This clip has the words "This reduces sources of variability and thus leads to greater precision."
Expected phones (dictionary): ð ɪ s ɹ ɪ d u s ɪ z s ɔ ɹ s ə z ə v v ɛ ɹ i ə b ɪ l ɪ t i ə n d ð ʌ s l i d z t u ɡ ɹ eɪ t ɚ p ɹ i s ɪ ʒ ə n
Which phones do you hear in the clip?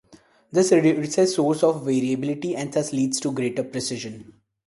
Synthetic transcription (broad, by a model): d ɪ s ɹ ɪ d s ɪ s ɔ ɹ s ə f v v ɛ ɹ i ə b ɪ l ɪ t i ə n d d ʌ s l i d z t u ɡ ɹ eɪ t ɚ p ɹ i s ɪ ʒ ə n